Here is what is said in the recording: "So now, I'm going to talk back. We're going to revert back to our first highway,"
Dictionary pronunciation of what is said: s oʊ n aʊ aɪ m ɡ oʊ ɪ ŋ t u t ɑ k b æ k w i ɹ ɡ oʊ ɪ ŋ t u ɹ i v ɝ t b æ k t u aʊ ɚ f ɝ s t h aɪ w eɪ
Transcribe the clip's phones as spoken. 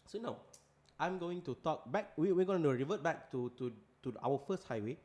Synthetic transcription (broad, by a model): s oʊ n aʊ aɪ m ɡ oʊ ɪ ŋ t u t ɑ k b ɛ k w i w ɡ oʊ ɪ ŋ t u ɹ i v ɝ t b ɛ k t u aʊ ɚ f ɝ s t h aɪ w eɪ